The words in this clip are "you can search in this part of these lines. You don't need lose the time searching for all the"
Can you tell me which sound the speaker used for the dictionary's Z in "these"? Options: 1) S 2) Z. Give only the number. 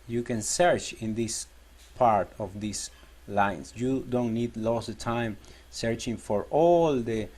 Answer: 1